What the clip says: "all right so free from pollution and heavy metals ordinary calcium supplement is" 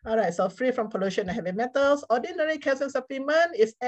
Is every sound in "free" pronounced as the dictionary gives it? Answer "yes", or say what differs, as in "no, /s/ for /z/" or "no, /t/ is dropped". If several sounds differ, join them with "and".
yes